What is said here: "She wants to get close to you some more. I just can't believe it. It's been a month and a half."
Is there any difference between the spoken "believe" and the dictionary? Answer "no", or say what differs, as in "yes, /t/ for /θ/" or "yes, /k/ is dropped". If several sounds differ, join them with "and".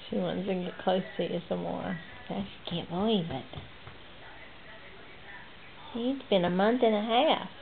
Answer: yes, /b/ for /v/